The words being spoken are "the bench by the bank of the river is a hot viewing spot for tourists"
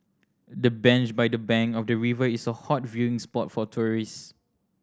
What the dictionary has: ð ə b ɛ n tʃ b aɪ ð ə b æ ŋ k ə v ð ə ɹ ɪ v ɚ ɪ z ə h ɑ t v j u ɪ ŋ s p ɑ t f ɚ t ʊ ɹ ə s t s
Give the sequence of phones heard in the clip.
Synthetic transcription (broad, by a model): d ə b ɛ n tʃ b aɪ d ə b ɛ ŋ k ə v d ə ɹ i v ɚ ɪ s ə h ɑ t v j u ɪ ŋ s p ɑ t f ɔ t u ɹ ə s s